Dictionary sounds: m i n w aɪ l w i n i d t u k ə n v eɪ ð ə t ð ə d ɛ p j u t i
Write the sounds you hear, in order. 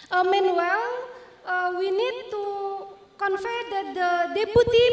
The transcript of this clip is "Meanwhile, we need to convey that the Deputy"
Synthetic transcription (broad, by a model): m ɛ n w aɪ l w i n i d t u k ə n f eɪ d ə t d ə d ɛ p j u t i